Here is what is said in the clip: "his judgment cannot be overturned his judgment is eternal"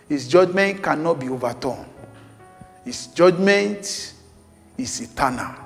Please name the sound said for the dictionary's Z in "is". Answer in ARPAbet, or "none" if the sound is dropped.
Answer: S